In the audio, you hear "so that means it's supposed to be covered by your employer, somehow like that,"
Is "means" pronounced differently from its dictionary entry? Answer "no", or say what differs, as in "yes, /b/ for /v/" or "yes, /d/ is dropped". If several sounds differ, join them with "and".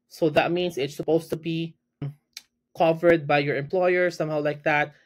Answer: yes, /s/ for /z/